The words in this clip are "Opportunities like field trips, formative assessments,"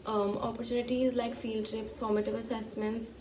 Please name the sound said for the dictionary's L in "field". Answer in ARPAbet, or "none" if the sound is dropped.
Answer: L